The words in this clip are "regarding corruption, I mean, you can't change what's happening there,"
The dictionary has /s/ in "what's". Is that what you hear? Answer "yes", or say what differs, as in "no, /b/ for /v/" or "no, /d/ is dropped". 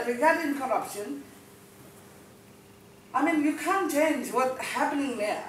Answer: no, /s/ is dropped